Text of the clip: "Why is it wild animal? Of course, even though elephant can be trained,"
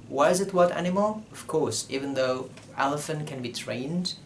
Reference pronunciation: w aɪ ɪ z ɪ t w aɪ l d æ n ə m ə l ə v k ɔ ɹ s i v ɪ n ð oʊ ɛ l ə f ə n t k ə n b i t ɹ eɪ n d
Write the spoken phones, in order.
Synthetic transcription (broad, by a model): w aɪ ɪ z ɪ t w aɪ d æ n ə m ə l ə v k ɔ ɹ s i v ɪ n ð oʊ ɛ l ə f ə n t k ə n b i t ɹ eɪ n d